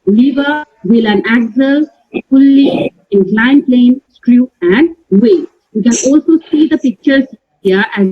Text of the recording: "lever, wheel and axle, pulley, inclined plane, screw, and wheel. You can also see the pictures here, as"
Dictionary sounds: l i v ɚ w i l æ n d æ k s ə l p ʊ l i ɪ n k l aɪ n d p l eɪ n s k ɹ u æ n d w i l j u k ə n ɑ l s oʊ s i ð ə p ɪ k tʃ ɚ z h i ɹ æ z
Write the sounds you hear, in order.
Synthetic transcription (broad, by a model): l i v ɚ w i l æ n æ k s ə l f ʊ l i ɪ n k l aɪ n p l eɪ n s k ɹ u æ n d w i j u k ə n ɑ l s oʊ s i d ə p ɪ k tʃ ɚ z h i ɹ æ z